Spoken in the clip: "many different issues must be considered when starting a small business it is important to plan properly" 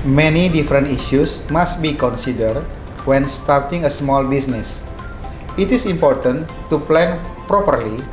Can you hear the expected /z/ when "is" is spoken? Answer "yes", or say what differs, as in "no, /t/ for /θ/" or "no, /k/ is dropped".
no, /s/ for /z/